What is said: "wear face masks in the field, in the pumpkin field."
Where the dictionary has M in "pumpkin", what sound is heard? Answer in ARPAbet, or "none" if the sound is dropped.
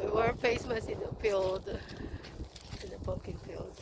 none